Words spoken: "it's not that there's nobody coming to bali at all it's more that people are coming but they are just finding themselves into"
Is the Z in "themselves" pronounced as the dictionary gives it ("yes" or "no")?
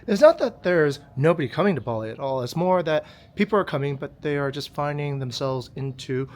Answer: yes